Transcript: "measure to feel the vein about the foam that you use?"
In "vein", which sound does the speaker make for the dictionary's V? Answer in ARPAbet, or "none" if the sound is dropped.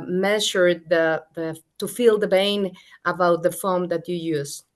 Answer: B